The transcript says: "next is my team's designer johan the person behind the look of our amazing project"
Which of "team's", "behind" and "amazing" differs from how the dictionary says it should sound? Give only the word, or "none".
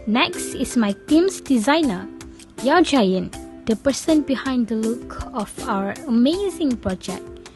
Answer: team's